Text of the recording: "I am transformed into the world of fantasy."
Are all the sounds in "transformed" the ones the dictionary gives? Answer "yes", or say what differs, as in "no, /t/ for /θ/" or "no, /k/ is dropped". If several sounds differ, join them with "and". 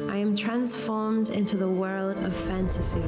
yes